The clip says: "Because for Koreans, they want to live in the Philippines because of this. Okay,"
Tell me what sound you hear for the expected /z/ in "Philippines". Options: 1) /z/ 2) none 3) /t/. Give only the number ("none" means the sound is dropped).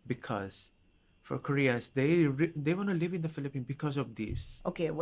2